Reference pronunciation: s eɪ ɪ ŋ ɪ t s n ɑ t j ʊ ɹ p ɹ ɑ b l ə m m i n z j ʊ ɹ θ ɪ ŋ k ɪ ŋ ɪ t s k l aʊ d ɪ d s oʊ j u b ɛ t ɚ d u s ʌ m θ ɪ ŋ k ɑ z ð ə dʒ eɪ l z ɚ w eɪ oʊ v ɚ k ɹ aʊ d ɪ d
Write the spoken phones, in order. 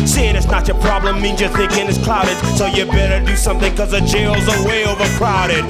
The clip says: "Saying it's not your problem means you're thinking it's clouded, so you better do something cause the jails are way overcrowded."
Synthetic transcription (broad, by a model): s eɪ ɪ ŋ ɪ t s n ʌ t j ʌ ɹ p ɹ ɑ b l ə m m i n z j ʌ ɹ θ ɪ ŋ k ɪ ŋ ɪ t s k l aʊ d ɪ d s oʊ j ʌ b ɛ t ɚ d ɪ s ʌ m θ ɪ ŋ k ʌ z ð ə dʒ eɪ l z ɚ w eɪ oʊ v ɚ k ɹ aʊ d ɪ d